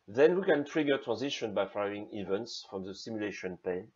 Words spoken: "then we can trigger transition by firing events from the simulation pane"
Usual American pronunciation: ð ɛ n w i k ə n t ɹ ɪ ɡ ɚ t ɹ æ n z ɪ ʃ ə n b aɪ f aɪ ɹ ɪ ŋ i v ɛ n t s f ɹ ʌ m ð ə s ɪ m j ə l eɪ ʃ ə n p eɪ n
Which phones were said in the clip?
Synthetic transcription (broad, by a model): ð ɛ n w i k ə n t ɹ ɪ ɡ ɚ t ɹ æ n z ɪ ʃ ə n b aɪ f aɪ ɪ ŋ i v ɛ n t s f ɹ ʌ m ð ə s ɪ m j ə l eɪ ʃ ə n p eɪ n